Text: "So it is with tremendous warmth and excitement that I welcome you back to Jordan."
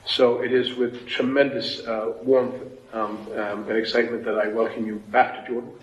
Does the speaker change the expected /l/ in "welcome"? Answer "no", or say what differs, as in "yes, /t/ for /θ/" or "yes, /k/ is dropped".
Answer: no